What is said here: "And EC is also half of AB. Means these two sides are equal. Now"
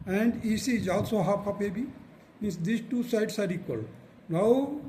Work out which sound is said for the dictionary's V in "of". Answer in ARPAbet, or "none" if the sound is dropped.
P